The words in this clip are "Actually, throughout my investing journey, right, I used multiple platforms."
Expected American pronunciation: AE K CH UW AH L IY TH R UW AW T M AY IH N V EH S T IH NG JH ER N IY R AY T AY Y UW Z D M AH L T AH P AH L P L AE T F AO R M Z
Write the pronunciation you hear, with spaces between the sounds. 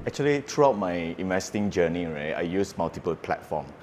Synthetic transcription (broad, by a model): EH K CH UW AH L IY T R UW AW T M AY IH N V EH S T IH NG JH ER N IY R AY T AY Y UW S M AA L T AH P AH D P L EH T F AO M